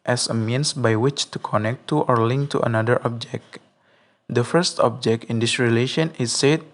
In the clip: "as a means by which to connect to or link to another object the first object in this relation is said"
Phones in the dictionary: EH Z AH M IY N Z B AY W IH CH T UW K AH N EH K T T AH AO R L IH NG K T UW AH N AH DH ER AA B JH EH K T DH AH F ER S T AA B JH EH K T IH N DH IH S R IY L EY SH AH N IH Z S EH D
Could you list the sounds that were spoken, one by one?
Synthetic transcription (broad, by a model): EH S AH M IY N S B AY W IH CH T UW K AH N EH K T T AO R L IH NG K T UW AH N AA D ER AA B JH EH K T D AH F ER S T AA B JH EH K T IH N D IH S R IY L EY SH AH N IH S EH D